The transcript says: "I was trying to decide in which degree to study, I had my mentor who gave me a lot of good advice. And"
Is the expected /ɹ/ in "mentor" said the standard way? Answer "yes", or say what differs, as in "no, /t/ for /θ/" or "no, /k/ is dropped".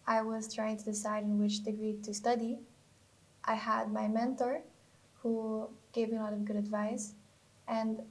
yes